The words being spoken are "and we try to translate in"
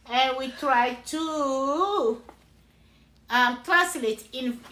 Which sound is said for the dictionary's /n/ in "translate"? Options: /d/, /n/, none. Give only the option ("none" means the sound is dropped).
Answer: none